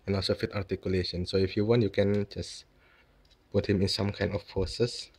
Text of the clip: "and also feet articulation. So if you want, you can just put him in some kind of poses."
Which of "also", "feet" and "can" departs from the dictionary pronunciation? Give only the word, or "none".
none